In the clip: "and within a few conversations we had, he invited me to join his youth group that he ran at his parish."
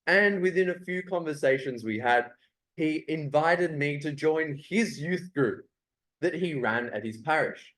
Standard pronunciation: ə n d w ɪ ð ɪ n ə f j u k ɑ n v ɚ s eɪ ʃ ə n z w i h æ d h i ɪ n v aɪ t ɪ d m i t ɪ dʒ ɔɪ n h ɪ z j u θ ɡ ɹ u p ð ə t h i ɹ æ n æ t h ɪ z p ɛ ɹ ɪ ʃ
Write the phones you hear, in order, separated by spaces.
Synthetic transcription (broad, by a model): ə n w ɪ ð ɪ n ə f j u k ɑ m v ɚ s eɪ ʃ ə n z w i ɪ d h i ɪ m v aɪ t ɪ d m i t ɪ dʒ ɔɪ n ɪ z j u θ ɡ ɹ u p ð ə t h i ɹ æ n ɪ t h ɪ z p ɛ ɹ ɪ ʃ